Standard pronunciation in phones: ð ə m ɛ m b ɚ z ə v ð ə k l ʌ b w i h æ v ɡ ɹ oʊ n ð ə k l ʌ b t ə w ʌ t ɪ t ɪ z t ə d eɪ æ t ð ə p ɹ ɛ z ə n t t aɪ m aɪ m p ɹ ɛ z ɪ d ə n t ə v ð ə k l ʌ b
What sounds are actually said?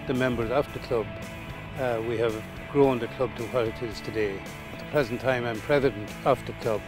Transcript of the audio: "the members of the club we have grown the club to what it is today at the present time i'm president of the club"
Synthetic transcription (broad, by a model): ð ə m ɛ m b ɚ z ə f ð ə k l ʌ b w i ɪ v ɡ ɹ oʊ n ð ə k l ʌ b t ə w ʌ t ɪ t ɪ z t ə d eɪ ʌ t ð ə p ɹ ɛ z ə n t t aɪ m aɪ m p ɹ ɛ z ɪ d ə n t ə f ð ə k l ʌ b